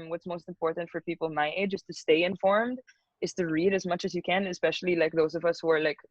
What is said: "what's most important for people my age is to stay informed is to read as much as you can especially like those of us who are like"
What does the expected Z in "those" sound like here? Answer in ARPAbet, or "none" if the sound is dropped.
Z